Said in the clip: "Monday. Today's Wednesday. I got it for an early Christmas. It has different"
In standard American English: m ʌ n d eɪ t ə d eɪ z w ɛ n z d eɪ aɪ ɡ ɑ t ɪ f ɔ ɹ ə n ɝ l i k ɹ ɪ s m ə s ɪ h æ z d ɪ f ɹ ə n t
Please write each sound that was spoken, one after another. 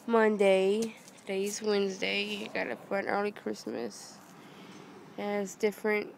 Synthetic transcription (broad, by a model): m ʌ n d eɪ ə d eɪ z w ɛ n z d eɪ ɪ ɡ ɑ t ɪ p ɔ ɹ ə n ɝ l i k ɹ ɪ s m ə s ɪ z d ɪ f ɹ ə n t